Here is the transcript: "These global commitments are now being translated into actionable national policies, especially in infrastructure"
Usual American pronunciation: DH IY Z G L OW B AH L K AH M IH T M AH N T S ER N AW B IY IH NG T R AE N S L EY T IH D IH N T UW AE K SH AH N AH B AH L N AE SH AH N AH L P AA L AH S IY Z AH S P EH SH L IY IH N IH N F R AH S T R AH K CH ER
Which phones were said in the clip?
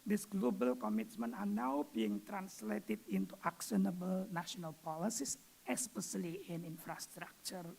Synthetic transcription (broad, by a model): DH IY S G L OW B AH L K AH M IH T M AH N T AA N AW B IY IH NG T R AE N S L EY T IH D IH N T UW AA K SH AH N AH B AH L N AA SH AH N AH L P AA L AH S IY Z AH S P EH S L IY IH N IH N F R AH S T R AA K CH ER